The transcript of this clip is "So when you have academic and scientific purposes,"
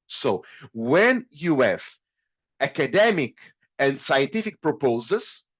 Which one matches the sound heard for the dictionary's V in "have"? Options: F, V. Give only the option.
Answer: F